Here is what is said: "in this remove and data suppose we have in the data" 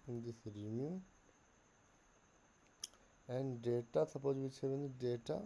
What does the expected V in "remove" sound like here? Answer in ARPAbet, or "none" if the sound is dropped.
none